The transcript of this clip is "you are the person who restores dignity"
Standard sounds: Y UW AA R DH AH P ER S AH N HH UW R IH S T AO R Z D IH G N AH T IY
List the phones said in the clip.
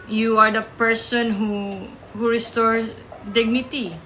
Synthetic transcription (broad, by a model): Y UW AA R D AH P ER S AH N HH UW R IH S T AO R D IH G N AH T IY